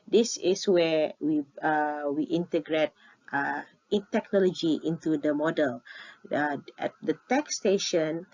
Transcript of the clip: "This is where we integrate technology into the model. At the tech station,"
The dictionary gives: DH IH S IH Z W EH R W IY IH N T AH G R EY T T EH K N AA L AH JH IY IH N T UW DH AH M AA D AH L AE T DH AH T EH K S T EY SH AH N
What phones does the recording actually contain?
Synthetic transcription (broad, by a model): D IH S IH S W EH W W IY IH N T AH G R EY T T EH K N AA L AH JH IY IH N T UW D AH M AA D AH L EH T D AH T EH K S T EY SH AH N